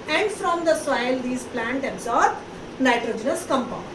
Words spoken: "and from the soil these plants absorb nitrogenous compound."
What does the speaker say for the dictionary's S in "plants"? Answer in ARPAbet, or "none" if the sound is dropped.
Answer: none